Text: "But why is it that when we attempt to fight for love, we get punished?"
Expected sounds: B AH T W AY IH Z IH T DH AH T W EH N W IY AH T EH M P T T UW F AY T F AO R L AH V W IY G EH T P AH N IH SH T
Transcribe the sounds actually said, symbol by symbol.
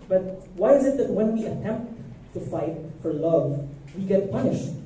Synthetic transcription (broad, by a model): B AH T W AY IH Z IH T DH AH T W EH N W IY AH T EH M P T T UW F AY T F AO R L AH V W IY G EH T P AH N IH SH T